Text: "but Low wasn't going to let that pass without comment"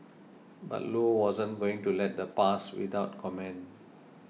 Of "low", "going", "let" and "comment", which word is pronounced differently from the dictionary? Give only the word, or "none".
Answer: comment